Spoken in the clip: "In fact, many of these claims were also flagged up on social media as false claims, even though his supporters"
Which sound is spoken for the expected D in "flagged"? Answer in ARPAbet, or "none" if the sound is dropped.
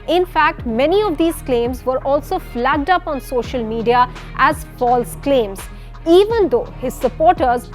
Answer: D